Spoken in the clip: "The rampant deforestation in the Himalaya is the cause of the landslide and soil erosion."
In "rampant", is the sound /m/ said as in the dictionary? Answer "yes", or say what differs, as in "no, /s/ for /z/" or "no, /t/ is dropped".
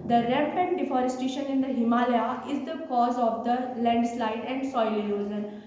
no, /m/ is dropped